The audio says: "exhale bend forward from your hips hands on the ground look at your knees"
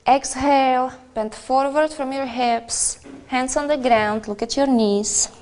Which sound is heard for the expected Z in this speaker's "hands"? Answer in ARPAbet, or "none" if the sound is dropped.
S